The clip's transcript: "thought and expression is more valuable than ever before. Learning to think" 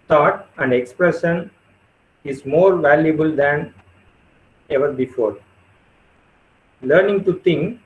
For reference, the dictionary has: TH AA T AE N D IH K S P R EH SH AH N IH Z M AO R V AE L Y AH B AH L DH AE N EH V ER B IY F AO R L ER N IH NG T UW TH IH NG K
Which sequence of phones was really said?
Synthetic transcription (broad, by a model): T AA T AE N D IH K S P R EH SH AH N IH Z M AO R V AE L Y AH B AH L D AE N EH V ER B IY F AO R L ER N IH NG T UW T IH NG K